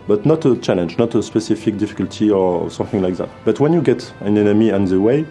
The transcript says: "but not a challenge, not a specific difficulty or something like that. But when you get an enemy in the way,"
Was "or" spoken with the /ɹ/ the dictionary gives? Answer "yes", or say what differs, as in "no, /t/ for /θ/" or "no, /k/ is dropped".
yes